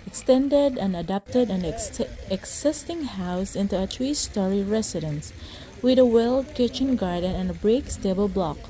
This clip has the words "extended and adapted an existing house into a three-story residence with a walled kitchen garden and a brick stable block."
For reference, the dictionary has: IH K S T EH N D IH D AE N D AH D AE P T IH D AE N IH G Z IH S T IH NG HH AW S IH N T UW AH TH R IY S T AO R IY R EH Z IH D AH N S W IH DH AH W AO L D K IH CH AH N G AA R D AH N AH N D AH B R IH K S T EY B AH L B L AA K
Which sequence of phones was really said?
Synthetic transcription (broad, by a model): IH K S T EH N D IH D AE N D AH D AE P T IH D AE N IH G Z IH S T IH NG HH AW S IH N T UW AH T R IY S T AO R IY R EH S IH D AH N S W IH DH AH W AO L D K IH CH AH N G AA R D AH N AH N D AH B R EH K S T EY B AH L B L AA K